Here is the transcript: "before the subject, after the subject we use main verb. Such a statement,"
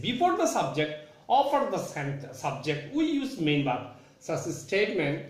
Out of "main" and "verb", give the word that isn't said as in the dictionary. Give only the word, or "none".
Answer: verb